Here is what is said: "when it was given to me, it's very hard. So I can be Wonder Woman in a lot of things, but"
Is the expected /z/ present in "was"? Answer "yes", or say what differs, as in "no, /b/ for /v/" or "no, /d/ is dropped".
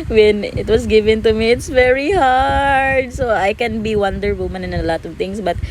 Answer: no, /s/ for /z/